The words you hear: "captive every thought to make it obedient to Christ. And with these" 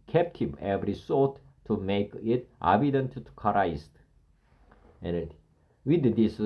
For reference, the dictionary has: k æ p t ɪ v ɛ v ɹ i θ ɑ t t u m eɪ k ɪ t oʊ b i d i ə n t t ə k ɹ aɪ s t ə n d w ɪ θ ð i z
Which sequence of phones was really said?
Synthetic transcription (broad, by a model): k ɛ p t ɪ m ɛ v ɹ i s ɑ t t u m eɪ k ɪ t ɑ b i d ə n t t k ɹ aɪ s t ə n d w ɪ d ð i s